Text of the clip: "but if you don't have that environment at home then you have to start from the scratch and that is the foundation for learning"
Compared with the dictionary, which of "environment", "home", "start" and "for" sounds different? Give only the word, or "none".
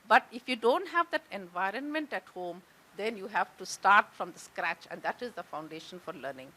none